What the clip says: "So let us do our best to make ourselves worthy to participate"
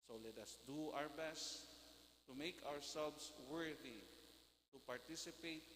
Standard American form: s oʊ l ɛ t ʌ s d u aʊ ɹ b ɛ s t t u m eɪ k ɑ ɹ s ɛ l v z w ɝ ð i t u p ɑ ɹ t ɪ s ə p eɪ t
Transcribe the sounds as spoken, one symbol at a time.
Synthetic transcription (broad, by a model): s oʊ l ɛ t ʌ s d u aʊ ɹ b ɛ s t t u m eɪ k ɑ ɹ s ɛ l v s w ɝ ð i t u p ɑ ɹ t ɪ s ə p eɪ t